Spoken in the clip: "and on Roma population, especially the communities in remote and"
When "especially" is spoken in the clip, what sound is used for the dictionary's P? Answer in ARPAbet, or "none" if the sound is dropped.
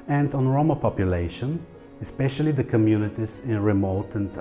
P